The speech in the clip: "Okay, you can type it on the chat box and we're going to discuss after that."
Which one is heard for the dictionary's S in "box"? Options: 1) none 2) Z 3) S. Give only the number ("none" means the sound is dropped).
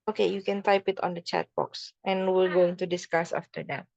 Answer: 3